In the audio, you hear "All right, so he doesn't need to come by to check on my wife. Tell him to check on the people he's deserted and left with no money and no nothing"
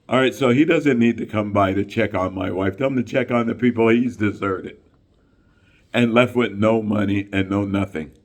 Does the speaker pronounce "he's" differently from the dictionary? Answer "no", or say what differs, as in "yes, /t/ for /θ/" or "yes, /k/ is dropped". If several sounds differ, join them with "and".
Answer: no